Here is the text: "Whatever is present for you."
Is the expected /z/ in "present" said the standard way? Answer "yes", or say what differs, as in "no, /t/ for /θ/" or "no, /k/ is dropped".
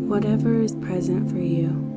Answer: yes